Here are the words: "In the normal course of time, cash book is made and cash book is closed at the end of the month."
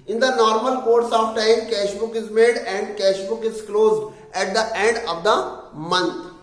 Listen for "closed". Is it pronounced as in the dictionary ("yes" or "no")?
yes